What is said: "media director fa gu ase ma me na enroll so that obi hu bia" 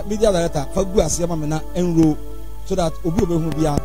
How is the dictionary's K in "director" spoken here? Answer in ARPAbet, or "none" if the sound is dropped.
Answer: none